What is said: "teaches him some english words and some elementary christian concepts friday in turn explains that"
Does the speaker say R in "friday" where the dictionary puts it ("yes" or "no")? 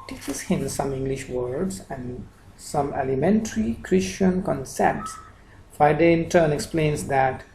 no